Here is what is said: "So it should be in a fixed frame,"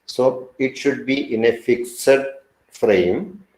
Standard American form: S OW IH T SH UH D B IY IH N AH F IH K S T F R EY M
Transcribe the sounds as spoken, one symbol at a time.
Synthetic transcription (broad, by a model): S OW IH T SH UH D B IY IH N AH F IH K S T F R EY M